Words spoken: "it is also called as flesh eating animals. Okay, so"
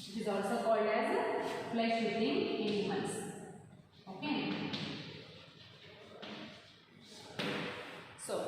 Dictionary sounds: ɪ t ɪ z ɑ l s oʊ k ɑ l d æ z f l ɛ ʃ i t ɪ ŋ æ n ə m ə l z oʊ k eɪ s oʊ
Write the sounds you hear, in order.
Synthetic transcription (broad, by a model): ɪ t ɪ z ɑ l s oʊ k ɑ l d æ z p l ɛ s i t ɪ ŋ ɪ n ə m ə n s oʊ k eɪ s oʊ